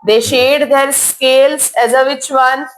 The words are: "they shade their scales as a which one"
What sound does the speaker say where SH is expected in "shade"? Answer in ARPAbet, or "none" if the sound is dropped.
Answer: SH